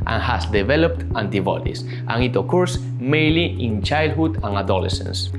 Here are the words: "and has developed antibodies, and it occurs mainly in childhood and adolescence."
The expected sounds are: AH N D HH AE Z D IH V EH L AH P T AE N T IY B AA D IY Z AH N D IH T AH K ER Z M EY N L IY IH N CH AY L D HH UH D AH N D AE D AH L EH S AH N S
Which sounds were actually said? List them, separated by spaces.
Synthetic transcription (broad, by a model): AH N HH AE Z D IH V EH L AH P T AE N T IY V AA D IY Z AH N IH T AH K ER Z M EY N L IY IH N CH AY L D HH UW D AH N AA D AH L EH S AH N S